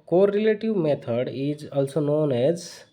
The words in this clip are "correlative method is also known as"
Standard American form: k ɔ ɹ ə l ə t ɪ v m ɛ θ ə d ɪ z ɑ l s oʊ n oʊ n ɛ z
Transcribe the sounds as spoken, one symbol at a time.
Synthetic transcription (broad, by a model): k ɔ ɹ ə l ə t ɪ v m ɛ t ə d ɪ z ɑ l s oʊ n oʊ n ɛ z